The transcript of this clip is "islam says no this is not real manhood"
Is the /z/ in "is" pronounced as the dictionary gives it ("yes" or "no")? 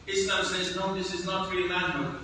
yes